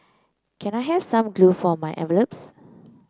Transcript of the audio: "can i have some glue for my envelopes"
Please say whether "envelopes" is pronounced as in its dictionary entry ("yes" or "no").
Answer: no